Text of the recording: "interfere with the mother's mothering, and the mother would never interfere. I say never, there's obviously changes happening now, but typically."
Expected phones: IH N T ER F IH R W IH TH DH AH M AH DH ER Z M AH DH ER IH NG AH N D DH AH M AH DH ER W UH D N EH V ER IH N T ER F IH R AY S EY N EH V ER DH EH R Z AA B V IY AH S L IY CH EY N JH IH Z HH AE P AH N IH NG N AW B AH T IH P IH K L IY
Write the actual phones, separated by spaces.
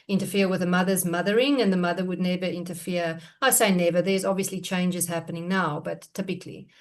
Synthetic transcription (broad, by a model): IH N T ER F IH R W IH DH AH M AH DH ER Z M AH DH ER IH NG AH N DH AH M AH DH ER W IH D N EH V ER IH N T ER F IH R AY S EY N EH V ER DH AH R Z AA B V IY AH S L IY CH EY N JH IH Z HH AE P AH N IH NG N AW B AH T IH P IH K L IY